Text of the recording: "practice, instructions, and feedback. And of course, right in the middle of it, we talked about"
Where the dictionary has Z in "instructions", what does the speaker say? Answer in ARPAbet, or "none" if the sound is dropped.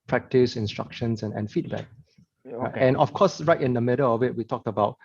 S